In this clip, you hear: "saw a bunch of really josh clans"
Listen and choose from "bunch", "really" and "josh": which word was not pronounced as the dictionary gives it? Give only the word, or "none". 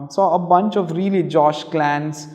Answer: none